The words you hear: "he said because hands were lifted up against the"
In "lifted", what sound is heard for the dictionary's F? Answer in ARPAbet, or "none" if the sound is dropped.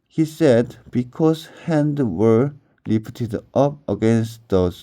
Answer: P